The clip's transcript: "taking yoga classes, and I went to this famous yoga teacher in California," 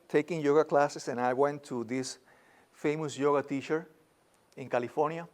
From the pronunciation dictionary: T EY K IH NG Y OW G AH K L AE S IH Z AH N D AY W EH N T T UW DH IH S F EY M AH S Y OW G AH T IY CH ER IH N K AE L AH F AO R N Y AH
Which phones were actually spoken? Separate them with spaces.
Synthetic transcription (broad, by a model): T EY K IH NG Y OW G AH K L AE S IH S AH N AY W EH N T T UW DH IH S F EY M AH S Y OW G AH T IY CH ER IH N K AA L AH F AO R N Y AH